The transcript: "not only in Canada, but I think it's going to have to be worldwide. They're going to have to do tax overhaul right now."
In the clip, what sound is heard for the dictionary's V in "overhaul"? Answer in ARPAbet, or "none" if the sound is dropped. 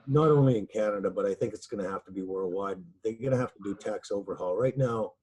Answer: V